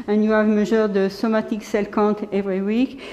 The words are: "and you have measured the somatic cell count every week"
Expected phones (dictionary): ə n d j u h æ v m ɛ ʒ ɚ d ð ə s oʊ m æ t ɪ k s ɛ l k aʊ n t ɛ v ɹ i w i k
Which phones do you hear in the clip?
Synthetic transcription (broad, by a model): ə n j u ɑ v m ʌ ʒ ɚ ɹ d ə s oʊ m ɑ t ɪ k s ɛ l k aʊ t ɛ v ɹ i w i k